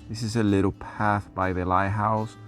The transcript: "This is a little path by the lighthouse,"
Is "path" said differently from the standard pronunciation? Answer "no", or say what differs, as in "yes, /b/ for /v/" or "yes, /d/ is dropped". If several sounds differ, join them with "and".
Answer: no